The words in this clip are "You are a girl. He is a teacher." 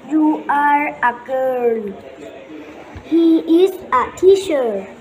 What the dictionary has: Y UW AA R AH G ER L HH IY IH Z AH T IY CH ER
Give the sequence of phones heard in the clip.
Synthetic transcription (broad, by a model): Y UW AA R AH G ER N HH IY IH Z AH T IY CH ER